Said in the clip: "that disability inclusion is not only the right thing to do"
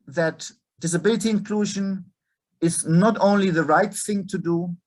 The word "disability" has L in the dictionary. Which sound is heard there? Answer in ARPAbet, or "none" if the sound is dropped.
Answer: L